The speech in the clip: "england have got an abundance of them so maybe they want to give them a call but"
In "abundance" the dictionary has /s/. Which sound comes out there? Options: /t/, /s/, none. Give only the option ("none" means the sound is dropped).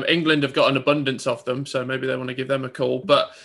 /s/